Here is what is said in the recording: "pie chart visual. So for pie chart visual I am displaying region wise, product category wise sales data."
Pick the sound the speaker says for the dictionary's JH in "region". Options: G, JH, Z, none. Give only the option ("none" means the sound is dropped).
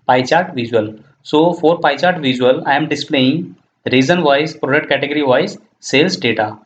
Z